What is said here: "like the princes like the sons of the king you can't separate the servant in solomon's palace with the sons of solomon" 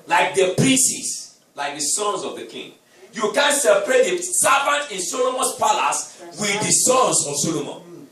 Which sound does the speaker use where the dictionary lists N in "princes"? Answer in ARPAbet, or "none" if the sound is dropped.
none